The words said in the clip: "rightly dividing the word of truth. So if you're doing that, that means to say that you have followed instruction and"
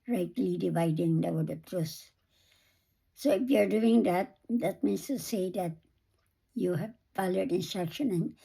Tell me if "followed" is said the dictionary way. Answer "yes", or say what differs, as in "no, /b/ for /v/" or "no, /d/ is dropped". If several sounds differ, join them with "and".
no, /p/ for /f/